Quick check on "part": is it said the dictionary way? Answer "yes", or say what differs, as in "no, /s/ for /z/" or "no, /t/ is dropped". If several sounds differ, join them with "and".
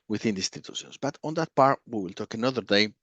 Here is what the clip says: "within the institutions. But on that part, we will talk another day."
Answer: yes